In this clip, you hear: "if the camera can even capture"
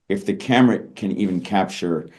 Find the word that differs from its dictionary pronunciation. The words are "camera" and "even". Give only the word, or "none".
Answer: none